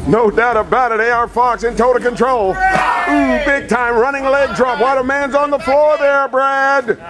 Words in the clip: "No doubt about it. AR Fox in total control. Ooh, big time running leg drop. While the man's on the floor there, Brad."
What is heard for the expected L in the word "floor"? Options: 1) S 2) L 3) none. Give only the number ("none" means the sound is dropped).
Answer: 2